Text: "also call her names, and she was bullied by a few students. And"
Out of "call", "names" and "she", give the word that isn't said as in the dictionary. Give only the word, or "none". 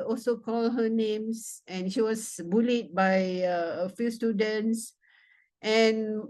names